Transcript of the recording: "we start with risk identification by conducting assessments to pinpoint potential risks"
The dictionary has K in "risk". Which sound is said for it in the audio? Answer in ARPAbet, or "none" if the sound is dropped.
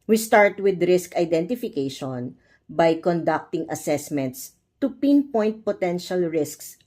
K